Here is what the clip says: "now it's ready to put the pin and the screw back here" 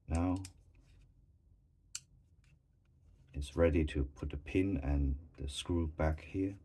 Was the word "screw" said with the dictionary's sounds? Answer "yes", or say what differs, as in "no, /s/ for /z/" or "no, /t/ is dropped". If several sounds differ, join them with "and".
yes